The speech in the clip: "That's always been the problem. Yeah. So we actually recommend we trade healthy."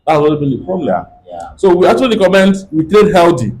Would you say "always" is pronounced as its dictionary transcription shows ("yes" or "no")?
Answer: no